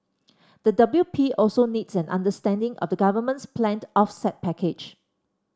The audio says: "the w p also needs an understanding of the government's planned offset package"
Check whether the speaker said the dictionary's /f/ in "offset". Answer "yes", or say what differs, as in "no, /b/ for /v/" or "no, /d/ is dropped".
yes